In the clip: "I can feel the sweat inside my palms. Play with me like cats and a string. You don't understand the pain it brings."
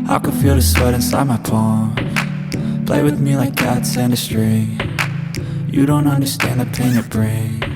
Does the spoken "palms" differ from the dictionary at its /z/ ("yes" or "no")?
yes